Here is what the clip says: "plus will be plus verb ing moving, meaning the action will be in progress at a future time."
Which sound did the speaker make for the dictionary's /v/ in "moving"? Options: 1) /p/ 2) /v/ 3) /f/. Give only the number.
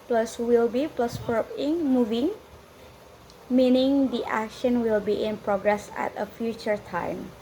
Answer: 2